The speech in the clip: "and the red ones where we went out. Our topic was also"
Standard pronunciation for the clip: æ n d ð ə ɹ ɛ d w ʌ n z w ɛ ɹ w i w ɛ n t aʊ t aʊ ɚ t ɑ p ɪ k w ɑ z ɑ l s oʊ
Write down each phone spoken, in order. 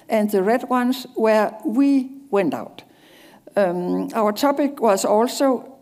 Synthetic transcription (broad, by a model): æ n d ð ə ɹ ɛ d w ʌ n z w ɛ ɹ w i w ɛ n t aʊ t aʊ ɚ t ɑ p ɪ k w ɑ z ɑ l s oʊ